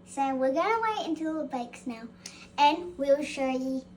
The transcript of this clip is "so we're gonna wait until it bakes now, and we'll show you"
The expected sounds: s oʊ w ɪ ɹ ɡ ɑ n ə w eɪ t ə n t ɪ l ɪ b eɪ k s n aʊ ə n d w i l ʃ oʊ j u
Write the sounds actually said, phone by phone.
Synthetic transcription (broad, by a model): s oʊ w ɪ ɹ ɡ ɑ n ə w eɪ ə n t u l ɪ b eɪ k s n aʊ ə n w i l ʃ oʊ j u